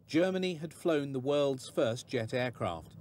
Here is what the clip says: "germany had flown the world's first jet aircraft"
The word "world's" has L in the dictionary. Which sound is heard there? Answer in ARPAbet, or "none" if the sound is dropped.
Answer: L